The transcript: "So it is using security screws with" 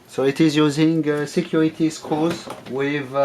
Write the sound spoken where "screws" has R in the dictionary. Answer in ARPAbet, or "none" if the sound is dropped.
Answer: none